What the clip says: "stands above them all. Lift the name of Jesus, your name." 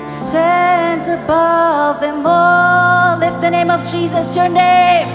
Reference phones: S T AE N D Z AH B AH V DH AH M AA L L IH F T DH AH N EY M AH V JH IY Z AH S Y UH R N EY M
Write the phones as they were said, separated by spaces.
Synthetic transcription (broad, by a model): S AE N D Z AH B AH V DH AH M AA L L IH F DH AH N EY M AH V JH IY Z AH S Y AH R N EY M